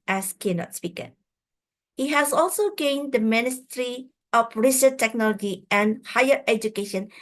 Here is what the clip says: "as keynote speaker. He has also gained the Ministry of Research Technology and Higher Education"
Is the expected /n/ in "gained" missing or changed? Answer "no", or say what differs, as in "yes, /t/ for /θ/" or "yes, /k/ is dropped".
no